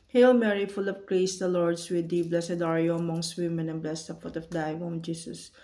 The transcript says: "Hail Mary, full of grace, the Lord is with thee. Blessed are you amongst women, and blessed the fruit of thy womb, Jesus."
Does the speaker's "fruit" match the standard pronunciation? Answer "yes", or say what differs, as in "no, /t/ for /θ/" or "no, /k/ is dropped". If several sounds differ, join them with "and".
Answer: no, /ɹ/ is dropped